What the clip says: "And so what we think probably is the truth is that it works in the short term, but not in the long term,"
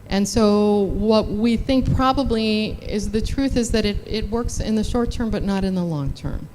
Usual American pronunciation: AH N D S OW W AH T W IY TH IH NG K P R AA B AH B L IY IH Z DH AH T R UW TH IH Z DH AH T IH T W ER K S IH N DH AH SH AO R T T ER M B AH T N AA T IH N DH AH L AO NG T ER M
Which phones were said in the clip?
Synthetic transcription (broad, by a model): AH N S OW W AH T W IY TH IH NG K P R AA B AH B L IY IH Z DH AH T R UW TH IH Z DH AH T IH T W ER K S IH N DH AH SH AO R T T ER M B AH T N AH T IH N DH AH L AO NG T ER M